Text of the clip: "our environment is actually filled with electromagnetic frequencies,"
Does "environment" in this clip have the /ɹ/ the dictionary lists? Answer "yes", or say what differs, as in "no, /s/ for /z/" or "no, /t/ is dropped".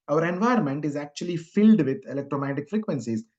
no, /ɹ/ is dropped